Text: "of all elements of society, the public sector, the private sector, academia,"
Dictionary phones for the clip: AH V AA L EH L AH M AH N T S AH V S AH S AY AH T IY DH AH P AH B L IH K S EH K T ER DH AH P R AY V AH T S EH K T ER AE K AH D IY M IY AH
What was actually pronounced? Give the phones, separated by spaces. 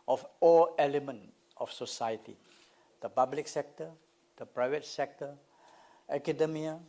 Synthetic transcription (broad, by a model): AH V AA L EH L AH M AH N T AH F S AH S AY AH T IY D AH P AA B L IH K S EH K T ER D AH P R AY V AH T S EH K T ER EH K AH D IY M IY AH